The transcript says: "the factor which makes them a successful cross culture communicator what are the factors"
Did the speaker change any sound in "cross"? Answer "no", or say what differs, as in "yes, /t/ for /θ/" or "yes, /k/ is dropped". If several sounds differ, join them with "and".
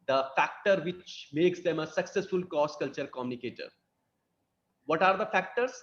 yes, /ɹ/ is dropped